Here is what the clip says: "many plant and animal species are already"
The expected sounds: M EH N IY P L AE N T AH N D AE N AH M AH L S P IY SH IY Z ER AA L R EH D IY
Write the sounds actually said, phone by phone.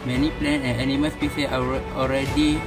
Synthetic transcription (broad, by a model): M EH N IY P L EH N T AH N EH N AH M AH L S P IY S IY S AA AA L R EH D IY